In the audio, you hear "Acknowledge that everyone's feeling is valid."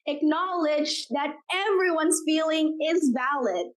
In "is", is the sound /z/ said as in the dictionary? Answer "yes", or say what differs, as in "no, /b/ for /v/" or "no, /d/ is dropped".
yes